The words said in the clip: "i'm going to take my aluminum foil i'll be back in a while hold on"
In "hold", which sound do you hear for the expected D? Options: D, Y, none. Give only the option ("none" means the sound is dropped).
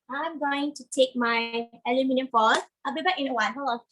none